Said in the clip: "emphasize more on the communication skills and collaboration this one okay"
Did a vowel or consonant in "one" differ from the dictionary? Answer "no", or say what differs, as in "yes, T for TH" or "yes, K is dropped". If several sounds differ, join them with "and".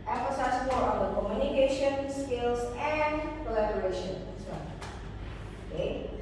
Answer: yes, N is dropped